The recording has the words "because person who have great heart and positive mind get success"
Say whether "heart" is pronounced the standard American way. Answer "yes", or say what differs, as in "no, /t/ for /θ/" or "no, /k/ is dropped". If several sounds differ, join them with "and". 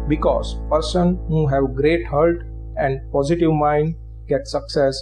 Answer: no, /l/ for /ɹ/